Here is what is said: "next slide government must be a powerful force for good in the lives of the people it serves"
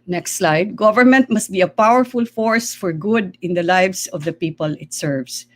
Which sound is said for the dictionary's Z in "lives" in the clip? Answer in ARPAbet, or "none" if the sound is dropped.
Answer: S